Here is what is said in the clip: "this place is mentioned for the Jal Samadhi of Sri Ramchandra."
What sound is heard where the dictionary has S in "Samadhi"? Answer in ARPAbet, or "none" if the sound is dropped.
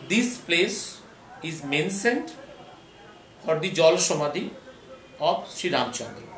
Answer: SH